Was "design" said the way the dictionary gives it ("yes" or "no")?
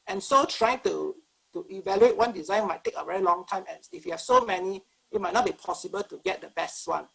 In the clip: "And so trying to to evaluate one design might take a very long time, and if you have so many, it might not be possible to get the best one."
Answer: yes